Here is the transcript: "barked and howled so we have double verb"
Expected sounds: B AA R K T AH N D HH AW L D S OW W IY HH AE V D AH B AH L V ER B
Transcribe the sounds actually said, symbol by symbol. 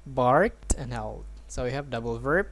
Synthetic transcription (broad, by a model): B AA R K T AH N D HH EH L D S OW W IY HH AE V D AH B L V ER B